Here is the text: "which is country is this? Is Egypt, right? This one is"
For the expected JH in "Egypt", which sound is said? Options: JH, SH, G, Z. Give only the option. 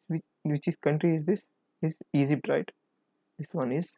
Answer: Z